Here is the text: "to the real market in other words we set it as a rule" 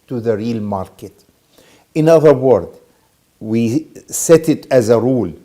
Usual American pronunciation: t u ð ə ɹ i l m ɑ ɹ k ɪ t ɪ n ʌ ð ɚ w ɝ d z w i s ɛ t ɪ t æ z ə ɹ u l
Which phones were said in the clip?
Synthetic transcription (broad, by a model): t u ð ə ɹ i l m ɑ ɹ k ɪ t ɪ n ʌ ð ɚ w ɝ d w i s ɛ t ɪ t æ z ə ɹ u l